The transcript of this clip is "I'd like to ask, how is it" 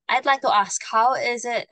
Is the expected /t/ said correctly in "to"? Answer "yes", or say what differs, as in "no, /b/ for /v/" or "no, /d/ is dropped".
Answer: yes